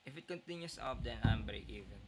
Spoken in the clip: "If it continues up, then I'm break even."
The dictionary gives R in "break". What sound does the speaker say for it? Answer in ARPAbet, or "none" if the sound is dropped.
none